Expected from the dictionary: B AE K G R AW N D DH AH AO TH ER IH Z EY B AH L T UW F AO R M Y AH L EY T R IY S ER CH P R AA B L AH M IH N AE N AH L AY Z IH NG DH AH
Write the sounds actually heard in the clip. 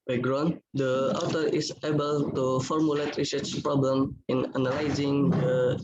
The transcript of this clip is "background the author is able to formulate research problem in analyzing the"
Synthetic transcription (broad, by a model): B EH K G R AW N D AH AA T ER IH S EY B AH L T UW F AO R M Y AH L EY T R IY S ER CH P R AA B L AH M IH N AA N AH L AY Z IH NG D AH